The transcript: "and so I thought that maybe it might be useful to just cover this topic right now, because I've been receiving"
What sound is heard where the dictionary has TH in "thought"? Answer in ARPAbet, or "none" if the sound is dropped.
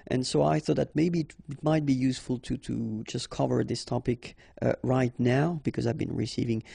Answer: TH